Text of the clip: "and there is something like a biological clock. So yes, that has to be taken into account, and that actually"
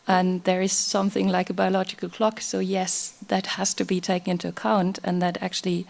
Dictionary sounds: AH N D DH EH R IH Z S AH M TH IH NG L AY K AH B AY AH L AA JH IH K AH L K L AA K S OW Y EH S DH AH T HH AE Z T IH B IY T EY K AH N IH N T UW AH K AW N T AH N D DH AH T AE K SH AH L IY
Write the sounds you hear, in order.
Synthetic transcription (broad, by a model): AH N DH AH R IH Z S AH M TH IH NG L AY K AH B AY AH L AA JH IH K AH L K L AA K S OW Y EH S DH AH T HH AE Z T IH B IY T EY K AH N IH N T UW AH K AW N T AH N DH AH T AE K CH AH L IY